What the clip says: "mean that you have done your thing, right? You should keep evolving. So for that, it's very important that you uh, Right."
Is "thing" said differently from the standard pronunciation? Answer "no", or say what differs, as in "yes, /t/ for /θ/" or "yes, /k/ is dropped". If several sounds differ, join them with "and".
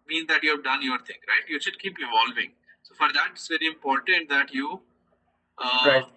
yes, /t/ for /θ/